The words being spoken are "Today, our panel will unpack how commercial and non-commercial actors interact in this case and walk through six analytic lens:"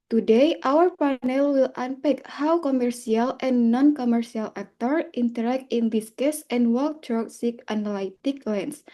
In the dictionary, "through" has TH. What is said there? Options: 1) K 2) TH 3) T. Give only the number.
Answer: 3